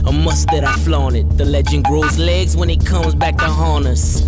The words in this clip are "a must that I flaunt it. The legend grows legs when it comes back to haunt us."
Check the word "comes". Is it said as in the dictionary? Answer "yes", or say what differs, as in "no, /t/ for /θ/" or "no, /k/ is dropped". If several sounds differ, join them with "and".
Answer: yes